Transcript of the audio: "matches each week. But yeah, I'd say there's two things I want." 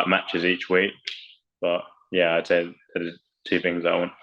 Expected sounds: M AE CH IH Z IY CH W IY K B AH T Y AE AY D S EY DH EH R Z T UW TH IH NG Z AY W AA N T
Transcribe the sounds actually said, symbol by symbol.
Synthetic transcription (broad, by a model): M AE CH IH Z IY CH W IY K B AH T Y AE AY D S EY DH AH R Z T UW TH IH NG Z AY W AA N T